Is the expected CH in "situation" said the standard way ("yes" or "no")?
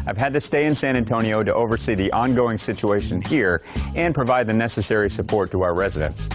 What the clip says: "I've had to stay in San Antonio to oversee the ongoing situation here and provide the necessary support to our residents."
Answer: yes